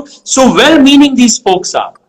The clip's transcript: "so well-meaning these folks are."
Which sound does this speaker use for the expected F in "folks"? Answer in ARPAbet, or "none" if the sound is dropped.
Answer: P